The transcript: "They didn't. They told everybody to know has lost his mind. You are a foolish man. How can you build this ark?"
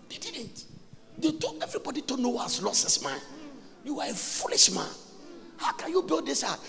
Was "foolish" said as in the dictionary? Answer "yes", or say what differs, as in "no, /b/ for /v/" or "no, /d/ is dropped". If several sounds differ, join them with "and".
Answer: yes